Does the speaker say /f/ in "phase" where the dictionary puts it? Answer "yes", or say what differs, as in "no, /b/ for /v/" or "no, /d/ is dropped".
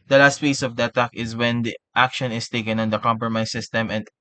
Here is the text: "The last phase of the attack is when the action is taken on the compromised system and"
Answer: no, /p/ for /f/